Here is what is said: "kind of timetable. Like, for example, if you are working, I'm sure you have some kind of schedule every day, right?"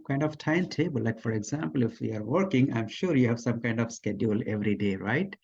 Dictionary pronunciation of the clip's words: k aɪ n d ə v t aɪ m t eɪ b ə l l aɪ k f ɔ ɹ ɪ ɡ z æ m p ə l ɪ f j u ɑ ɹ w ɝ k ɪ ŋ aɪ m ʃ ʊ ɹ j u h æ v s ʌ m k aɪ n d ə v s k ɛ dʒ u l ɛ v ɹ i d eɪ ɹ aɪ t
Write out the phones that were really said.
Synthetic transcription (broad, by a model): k aɪ n d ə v t aɪ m t eɪ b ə l l aɪ k f ɔ ɹ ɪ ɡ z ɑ m p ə l ɪ f j u ɑ ɹ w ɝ k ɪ ŋ aɪ m ʃ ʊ ɹ j u h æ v s ʌ m k aɪ n d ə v s k ɛ dʒ u l ɛ v ɹ i d eɪ ɹ aɪ t